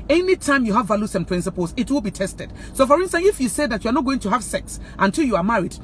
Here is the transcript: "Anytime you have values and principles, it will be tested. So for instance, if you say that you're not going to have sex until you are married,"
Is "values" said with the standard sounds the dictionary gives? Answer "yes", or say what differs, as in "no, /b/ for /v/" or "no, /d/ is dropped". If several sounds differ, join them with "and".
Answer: no, /s/ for /z/